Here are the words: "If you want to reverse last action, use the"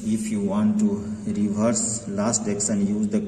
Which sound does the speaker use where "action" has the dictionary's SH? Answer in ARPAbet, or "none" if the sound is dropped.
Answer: S